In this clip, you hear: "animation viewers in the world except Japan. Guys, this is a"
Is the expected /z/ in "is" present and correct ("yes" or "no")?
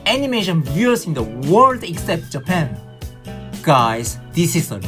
no